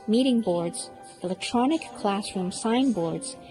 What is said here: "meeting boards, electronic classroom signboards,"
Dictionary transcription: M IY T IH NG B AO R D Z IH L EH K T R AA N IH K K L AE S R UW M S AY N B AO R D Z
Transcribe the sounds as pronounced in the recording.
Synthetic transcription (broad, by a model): M IY T IH NG B AO R D Z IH L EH K T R AA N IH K K L AE S R UW M S AY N B AO R D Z